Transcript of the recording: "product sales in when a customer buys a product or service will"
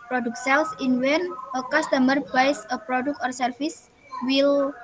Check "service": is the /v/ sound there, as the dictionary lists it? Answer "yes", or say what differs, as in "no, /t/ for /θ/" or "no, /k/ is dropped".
no, /f/ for /v/